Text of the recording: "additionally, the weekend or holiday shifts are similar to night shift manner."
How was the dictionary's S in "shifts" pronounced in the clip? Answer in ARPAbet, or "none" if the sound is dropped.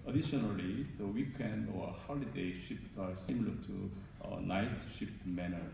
none